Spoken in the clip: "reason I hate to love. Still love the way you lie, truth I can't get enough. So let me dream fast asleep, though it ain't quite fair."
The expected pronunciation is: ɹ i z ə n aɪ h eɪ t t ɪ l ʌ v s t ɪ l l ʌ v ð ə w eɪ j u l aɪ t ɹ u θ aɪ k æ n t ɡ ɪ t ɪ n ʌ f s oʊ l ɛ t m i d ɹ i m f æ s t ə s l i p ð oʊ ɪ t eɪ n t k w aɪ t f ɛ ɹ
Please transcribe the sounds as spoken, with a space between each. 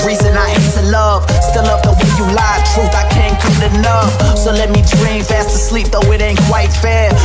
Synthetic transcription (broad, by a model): ɹ i z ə n aɪ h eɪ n t ɪ l ʌ v s t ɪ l l ʌ v ð ə w eɪ j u l aɪ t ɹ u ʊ aɪ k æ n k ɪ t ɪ n ʌ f s oʊ l ɛ t m i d ɹ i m f æ s t ə s l i p ð oʊ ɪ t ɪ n k w aɪ t f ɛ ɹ